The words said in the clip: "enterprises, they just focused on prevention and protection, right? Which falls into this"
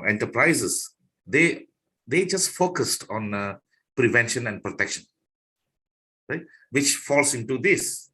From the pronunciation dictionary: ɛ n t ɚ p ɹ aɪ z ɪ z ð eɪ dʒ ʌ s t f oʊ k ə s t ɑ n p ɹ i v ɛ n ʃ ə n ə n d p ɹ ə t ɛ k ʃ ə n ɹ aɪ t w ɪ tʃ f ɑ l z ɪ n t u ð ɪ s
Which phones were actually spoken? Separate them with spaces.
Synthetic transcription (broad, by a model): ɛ n t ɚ p ɹ aɪ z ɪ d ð eɪ dʒ ʌ s t f oʊ k ə s t ɑ n p ɹ i v ɛ n ʃ ə n ə n d p ɹ ə t ɛ k ʃ ə n ɹ aɪ t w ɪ tʃ f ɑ l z ɪ n t u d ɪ s